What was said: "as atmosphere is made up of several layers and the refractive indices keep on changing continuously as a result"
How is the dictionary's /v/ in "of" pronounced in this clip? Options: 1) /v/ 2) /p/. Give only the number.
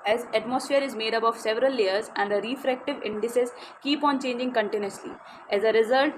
1